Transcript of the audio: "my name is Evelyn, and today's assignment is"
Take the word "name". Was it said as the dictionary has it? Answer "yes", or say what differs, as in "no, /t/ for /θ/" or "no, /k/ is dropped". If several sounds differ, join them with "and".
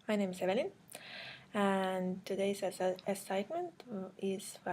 yes